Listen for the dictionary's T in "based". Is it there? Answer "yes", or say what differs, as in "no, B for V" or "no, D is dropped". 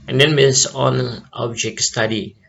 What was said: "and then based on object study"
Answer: no, T is dropped